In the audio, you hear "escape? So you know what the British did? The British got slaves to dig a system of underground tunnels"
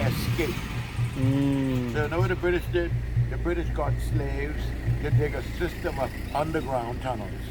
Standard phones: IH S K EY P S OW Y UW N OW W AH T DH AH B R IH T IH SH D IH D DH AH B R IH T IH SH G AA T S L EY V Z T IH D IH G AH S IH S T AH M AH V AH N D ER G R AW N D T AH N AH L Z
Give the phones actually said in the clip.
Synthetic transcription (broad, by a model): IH S K EY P S OW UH N OW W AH DH AH B R IH T IH SH D IH D DH AH B R IH T IH SH G AA T S L EY V Z T IH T IH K AH S IH S T AH M AH V AH N D ER G R AW N T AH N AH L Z